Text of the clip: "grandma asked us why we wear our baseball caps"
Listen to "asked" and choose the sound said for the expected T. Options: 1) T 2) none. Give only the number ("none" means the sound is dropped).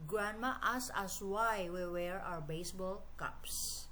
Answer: 2